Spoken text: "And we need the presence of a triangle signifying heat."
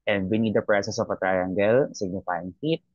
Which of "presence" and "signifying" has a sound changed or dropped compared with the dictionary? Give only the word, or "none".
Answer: presence